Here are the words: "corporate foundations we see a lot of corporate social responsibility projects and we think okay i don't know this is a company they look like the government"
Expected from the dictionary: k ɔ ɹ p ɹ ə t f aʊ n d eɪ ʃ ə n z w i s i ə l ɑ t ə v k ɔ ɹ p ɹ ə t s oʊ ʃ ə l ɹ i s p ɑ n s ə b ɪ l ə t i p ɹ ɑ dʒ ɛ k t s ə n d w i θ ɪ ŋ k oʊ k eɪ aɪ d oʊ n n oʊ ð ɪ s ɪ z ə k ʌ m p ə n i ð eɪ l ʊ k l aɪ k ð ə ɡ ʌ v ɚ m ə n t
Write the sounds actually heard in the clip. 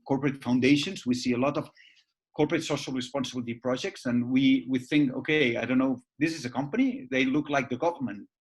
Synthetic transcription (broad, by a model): k ɔ ɹ p ɹ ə t f aʊ n d eɪ ʃ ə n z w i s i ə l ɑ t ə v k ɔ ɹ p ɹ ə t s oʊ ʃ ə l ɹ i s p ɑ n s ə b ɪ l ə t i p ɹ ɑ dʒ ɛ k t s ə n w w i θ ɪ ŋ k oʊ k eɪ aɪ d oʊ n n oʊ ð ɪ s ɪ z ə k ʌ m p ə n i ð eɪ l ʊ k l aɪ k ð ə ɡ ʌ v ɚ m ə n t